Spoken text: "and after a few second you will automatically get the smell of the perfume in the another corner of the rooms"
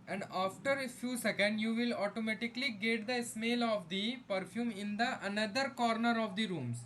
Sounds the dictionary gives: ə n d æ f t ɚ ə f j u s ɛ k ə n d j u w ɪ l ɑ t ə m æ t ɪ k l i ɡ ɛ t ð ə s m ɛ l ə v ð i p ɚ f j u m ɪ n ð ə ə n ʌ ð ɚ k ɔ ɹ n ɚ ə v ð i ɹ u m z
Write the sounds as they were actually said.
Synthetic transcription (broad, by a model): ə n d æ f t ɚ ə f j u s ɛ k ə n d j u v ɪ l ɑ t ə m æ t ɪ k l i ɡ ɛ t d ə s m ɛ l ə v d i p ɚ f j u m ɪ n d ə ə n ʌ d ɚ k ɔ ɹ n ɚ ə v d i ɹ u m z